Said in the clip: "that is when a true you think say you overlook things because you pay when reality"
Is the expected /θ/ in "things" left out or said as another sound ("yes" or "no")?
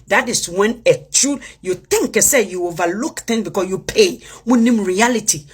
yes